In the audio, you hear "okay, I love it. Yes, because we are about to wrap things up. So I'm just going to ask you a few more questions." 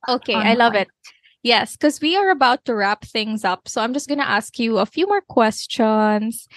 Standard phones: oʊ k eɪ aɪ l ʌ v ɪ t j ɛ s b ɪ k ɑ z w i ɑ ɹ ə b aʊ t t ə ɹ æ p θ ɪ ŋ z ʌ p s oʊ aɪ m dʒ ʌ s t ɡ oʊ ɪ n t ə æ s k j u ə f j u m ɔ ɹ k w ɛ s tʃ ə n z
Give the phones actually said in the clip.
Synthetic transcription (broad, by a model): oʊ k eɪ aɪ l ʌ v ɪ t j ɛ s k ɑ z w i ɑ ɹ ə b aʊ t t ə ɹ æ p θ ɪ ŋ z ʌ p s oʊ aɪ m dʒ ʌ s t ɡ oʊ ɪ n t ə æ s k j u ə f j u m ɔ ɹ k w ɛ s tʃ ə n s